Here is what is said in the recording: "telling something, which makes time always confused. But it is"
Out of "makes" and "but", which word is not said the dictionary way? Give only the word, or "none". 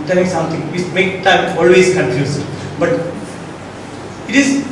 makes